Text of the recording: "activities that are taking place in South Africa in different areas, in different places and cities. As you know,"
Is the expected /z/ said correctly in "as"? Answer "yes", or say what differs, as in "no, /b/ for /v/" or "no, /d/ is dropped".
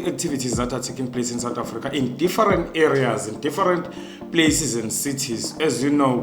yes